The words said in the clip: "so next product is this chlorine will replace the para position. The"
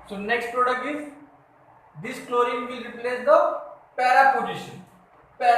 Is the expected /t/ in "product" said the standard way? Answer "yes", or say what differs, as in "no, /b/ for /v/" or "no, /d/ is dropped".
no, /t/ is dropped